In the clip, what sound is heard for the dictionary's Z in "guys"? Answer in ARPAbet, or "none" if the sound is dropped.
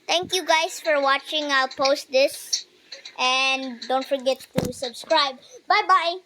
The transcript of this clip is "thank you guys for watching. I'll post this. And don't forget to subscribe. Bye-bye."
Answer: S